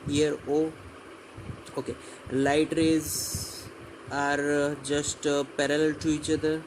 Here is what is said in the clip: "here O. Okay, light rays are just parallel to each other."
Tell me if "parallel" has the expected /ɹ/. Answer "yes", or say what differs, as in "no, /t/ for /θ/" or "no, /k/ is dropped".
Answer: yes